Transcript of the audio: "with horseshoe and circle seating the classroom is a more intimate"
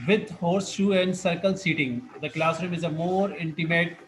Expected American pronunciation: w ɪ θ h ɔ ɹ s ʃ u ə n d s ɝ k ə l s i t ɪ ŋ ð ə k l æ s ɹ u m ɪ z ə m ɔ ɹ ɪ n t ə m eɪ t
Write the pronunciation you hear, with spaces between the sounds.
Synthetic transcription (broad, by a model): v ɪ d h ɔ ɹ s ʃ u ə n d s ɝ k ə l s i t ɪ ŋ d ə k l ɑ s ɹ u m ɪ z ə m ɔ ɹ ɪ n t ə m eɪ t